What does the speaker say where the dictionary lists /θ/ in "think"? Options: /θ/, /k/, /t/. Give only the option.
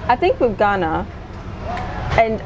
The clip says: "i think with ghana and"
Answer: /θ/